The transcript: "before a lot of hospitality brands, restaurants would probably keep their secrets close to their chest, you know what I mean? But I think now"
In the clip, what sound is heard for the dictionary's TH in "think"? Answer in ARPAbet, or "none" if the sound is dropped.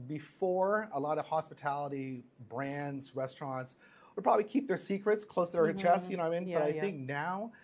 TH